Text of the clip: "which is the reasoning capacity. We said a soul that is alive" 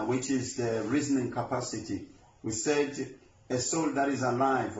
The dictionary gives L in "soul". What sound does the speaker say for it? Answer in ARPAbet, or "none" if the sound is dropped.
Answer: L